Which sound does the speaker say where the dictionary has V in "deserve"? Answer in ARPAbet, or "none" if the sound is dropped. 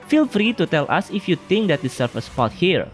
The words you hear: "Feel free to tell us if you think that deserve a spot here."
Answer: F